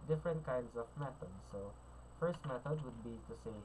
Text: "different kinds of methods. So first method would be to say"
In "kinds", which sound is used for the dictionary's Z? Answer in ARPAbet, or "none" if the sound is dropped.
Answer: S